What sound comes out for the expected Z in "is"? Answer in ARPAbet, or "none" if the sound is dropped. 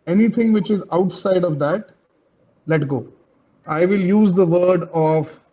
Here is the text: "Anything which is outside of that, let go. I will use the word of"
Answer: Z